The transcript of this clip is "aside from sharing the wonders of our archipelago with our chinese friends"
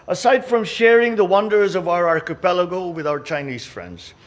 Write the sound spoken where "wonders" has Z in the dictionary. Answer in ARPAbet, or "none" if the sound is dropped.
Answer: Z